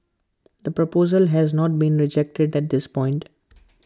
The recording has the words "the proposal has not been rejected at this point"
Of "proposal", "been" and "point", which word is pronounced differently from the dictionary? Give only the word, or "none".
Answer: none